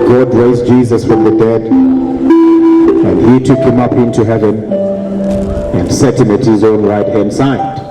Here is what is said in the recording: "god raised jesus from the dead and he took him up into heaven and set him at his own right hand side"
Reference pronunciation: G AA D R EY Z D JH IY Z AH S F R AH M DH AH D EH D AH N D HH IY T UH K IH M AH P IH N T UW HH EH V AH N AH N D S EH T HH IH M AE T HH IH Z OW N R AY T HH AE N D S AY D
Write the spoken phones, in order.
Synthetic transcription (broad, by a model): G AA D R EY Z JH IY Z AH S F R AH M DH AH D EH D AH N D HH IY T UH K IH M AH P IH N T UW HH EH V AH N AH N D S EH T HH IH M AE T HH IH Z OW N R AY T HH AE N D S AY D